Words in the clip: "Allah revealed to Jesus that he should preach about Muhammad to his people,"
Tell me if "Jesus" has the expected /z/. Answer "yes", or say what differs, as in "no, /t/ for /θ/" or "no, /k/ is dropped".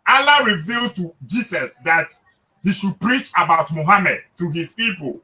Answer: no, /s/ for /z/